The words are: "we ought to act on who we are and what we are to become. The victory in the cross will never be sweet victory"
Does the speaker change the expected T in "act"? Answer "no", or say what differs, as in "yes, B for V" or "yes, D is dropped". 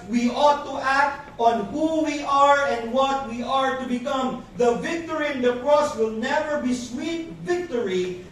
no